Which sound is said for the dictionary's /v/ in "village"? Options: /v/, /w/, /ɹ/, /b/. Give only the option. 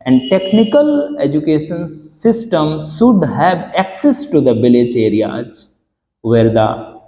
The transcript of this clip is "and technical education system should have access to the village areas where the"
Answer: /b/